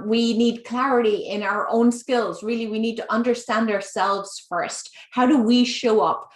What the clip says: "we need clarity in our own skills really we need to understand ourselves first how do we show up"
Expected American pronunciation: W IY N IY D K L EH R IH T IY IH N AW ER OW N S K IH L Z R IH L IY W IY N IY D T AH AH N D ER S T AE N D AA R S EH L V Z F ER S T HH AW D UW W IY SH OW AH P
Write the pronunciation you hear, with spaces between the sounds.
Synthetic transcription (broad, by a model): W IY N IY D K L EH R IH T IY IH N AW ER OW N S K IH L Z R IH L IY W IY N IY D T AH AH N D ER S T AE N D AA R S EH L V Z F ER S T HH AW D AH W IY SH OW AH P